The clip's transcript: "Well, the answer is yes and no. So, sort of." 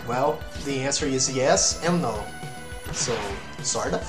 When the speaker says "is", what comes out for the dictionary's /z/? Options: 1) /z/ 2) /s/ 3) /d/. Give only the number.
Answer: 1